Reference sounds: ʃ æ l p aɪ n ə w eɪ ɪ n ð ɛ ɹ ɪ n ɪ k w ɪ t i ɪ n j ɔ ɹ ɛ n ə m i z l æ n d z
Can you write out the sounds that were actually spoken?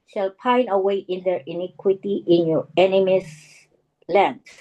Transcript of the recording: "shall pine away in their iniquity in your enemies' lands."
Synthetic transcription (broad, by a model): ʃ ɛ l p aɪ n ə w eɪ ɪ n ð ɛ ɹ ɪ n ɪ k w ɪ t i ɪ n j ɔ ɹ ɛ n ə m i s l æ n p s